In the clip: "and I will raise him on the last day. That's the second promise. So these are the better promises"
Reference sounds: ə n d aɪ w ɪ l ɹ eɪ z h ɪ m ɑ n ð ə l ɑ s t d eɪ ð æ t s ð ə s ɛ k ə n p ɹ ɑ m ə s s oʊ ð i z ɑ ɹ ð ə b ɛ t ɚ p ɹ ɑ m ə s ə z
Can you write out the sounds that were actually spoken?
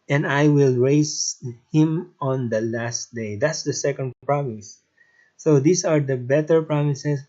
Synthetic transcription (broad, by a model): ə n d aɪ w ɪ l ɹ eɪ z h ɪ m ɑ n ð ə l ɑ s t d eɪ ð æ t s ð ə s ɛ k ə n p ɹ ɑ m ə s s oʊ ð i s ɑ ɹ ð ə b ɛ t ɚ p ɹ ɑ m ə s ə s